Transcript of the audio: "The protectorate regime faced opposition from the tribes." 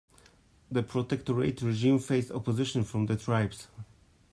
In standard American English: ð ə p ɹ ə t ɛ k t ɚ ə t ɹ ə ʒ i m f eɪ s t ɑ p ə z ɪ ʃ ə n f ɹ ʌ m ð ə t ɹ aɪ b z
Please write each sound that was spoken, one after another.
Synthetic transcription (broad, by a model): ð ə p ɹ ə t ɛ k t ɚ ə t ɹ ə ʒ i m f eɪ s ɑ p ə z ɪ ʃ ə n f ɹ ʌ m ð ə t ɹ aɪ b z